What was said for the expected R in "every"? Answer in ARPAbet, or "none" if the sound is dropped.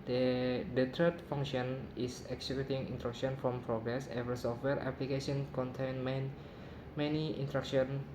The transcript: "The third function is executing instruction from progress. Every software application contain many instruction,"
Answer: none